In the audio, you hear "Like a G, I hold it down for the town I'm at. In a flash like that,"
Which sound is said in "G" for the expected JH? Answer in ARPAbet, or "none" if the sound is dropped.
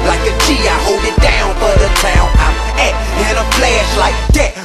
CH